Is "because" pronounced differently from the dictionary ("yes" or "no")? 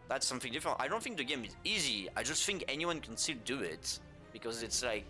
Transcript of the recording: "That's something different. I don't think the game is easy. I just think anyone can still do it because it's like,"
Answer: no